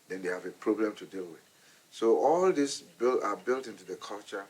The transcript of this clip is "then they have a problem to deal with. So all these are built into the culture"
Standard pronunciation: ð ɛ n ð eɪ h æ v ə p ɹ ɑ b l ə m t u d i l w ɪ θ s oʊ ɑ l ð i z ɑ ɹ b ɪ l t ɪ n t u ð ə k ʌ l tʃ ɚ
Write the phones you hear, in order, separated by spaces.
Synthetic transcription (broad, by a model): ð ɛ n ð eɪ h æ v ə p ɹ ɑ b l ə m t u d i l w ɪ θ s oʊ ɑ l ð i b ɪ l b ɪ l t ɪ n t u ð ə k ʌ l tʃ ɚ